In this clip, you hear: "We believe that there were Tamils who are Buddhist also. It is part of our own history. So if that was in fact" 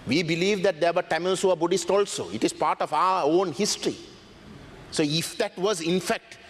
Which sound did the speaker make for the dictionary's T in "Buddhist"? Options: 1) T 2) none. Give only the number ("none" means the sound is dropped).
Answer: 1